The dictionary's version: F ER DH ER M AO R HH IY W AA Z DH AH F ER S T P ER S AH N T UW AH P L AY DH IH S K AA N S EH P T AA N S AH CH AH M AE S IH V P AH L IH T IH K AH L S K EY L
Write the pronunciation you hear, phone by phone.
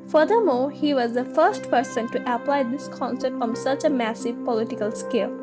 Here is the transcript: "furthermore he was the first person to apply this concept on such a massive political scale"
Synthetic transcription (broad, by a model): F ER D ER M AO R HH IY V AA Z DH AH F ER S T P ER S AH N T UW AH P L AY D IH S K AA N S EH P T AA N S AH CH AH M AE S IH V P AH L IH T IH K AH L S K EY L